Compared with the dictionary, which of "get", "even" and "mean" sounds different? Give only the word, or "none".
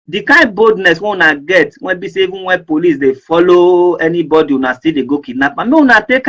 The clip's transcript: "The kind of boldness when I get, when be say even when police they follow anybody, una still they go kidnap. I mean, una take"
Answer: mean